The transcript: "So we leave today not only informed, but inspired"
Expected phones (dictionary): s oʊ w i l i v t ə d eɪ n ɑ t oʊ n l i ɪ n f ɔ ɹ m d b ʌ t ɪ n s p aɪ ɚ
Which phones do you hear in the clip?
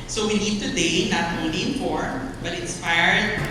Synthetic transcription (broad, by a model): s oʊ w i n i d t ə d eɪ n ɑ t oʊ n l i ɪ n f ɔ ɹ m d b ʌ t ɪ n s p aɪ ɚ